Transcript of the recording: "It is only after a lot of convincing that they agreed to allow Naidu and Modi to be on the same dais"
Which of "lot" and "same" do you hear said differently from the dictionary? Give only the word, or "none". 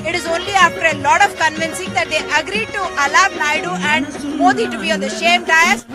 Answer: same